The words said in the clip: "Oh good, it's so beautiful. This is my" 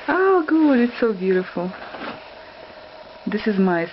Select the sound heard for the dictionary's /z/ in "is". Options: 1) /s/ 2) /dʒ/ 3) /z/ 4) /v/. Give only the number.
3